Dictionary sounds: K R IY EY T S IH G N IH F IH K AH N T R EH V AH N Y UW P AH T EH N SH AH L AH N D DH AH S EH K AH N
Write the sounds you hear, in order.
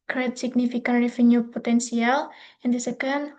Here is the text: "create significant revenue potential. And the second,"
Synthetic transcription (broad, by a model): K R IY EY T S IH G N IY F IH K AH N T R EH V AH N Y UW P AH T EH N S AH L AH N D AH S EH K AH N